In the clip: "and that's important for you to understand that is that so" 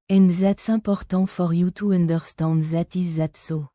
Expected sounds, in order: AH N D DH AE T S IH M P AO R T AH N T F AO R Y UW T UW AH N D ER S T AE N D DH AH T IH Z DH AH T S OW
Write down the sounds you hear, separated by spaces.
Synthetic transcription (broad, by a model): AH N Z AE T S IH P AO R T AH F AO R Y UW T UW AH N D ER S T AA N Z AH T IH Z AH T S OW